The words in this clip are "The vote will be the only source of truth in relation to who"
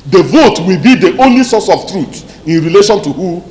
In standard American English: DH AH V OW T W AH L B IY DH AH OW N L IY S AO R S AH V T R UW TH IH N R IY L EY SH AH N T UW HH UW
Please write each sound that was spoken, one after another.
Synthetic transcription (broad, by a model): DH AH V OW T W AH L B IY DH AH OW N L IY S AO S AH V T R UW T IH N R IY L EY SH AH N T UW HH UW